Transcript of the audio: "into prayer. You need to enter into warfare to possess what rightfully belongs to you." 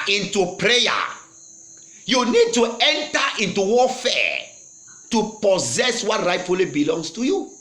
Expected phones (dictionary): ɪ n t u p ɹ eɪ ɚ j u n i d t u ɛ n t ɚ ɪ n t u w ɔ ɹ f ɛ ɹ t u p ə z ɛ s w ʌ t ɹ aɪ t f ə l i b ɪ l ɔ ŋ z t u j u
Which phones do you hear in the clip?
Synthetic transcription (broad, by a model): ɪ n t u p ɹ eɪ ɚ j u n i d t u ɛ n t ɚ ɪ n t u w ɔ f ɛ t u p ə z ɛ s w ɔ t ɹ aɪ t f ə l i b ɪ l ɔ ŋ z t u j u